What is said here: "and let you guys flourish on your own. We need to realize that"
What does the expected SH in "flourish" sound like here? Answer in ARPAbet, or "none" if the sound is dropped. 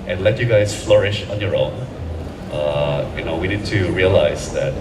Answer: SH